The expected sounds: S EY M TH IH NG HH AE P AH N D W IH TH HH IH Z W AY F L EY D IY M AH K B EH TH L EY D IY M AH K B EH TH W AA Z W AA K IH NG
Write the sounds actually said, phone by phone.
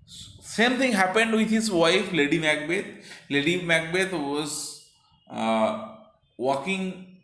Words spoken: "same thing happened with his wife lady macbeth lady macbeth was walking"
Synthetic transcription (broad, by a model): S EY M T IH NG HH AE P AH N D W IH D HH IH Z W AY F L EY D IY M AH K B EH T L EY D IY M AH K B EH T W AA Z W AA K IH NG